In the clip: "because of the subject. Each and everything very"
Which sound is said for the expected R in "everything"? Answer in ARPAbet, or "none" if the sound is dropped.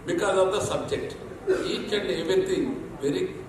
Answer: none